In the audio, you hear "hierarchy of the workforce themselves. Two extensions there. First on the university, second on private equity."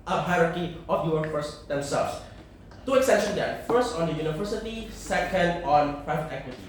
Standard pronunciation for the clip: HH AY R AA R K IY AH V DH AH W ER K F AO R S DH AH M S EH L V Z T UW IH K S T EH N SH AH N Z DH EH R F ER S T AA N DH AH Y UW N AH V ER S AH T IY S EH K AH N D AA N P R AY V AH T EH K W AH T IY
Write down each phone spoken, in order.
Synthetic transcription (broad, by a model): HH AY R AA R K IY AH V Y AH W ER F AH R S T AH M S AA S T UW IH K S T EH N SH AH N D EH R F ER S T AA N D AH Y UW N AH V ER S AH T IY S EH K AH N D AA N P R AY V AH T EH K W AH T IY